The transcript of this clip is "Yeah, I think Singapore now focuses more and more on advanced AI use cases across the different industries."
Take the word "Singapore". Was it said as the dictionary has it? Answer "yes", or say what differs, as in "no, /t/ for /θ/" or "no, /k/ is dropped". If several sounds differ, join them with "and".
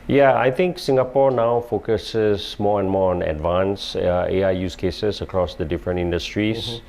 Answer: yes